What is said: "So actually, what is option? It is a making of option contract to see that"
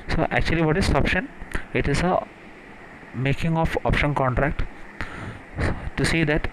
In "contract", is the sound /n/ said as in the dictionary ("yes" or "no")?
yes